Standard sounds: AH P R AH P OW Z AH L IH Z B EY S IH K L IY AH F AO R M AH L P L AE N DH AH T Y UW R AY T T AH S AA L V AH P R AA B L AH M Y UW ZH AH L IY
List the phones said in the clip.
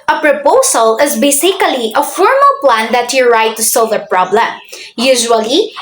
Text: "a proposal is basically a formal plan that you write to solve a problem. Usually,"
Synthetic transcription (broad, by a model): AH P R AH P OW S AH L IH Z B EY S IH K L IY AH F AO R M AH L P L AE N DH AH T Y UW R AY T T AH S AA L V AH P R AA B L AH M Y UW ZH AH L IY